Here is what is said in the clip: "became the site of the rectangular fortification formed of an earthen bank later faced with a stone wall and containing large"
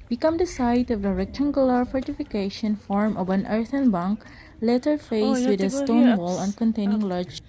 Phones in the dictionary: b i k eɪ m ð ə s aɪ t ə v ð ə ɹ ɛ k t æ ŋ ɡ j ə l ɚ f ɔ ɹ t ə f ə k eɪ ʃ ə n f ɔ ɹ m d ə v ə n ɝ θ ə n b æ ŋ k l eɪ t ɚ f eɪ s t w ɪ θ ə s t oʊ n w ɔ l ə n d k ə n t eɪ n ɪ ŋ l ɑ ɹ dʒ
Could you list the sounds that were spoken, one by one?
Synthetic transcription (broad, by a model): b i k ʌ m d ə s aɪ t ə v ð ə ɹ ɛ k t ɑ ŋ ɡ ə l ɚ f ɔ ɹ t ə f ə k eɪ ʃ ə n f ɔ ɹ m ə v ə n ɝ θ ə n b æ ŋ k l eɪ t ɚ f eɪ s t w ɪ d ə s t oʊ n w ɔ l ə n k ə n t eɪ n ɪ ŋ l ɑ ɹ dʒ